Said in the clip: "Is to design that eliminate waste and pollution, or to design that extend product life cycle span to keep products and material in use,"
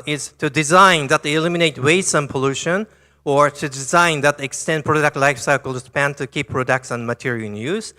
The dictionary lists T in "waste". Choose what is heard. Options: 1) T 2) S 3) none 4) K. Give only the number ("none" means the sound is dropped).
3